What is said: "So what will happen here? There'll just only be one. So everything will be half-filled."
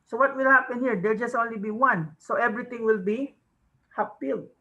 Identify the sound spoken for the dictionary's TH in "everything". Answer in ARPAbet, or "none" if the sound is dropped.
T